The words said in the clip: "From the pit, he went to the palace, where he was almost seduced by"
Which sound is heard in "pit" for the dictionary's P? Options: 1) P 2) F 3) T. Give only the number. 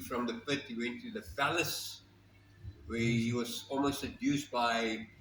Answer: 2